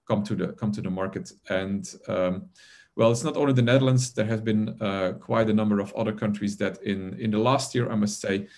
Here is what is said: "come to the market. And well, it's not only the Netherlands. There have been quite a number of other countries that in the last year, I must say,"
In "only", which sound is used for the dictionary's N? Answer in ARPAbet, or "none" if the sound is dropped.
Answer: none